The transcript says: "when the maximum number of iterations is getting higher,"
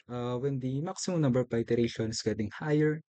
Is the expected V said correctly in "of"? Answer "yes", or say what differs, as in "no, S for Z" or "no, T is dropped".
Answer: no, P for V